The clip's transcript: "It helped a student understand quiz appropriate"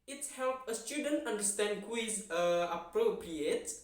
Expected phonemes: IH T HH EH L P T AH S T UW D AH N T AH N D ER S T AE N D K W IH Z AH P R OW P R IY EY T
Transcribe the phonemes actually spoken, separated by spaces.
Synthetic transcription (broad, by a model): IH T HH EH L P AH S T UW D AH N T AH N D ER S T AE N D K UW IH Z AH P R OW P R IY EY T